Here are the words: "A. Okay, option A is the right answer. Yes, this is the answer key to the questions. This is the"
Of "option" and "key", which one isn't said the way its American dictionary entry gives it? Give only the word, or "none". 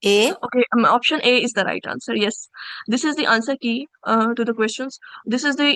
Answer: none